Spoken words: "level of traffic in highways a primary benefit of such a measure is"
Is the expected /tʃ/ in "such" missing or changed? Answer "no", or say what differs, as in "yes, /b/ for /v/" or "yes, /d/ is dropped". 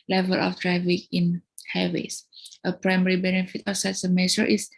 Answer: yes, /s/ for /tʃ/